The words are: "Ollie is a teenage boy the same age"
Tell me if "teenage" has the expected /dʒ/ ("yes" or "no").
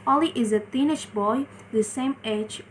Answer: no